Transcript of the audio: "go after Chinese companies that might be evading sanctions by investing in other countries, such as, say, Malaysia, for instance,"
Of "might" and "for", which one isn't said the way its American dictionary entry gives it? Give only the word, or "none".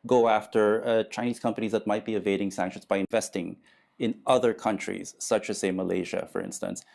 none